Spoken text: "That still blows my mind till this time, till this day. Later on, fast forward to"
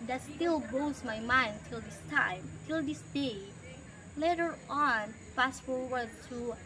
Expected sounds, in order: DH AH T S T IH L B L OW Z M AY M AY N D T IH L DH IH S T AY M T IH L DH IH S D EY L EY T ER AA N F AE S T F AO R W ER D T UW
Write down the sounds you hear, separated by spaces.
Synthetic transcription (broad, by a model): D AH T S T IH L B OW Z M AY M AY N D T IH L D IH S T AY M T IH L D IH S D EY L EY T ER AA N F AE S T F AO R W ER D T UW